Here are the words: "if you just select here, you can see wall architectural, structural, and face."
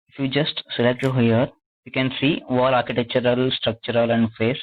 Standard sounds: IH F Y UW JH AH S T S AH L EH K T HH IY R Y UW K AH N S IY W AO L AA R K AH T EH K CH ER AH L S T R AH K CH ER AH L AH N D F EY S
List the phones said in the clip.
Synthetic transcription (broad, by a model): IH F Y UW JH AH S T S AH L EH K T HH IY R Y UW K AH N S IY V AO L AA R K AH T EH K CH ER AH L S T R AH K CH ER AH L AH N D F EY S